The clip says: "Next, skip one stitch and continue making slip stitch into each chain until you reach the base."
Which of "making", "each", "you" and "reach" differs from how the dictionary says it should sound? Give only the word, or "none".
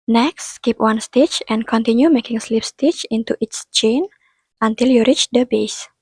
each